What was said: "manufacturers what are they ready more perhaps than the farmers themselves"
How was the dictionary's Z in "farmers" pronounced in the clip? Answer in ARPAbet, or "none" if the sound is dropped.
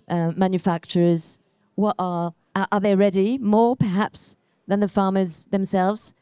Z